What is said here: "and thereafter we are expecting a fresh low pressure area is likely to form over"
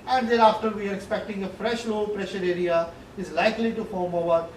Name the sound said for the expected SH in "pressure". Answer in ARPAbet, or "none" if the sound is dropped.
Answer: SH